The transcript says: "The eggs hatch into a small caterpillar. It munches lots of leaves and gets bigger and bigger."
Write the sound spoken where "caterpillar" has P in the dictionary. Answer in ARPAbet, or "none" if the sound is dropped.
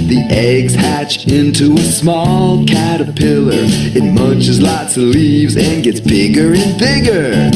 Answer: P